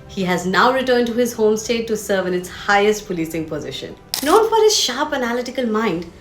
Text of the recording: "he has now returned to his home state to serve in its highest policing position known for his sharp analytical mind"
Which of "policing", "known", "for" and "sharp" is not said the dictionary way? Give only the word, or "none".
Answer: none